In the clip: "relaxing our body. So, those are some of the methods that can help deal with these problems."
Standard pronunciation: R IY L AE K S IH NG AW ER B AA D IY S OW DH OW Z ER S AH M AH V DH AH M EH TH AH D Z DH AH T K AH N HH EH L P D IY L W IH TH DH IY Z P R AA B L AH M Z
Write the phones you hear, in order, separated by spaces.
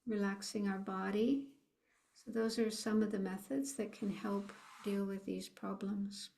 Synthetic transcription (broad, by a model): R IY L AE K S IH NG AW ER B AA D IY S OW DH OW Z ER S AH M AH V DH AH M EH TH AH D Z DH AH T K AH N HH EH L P D IY L W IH DH IY Z P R AA B L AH M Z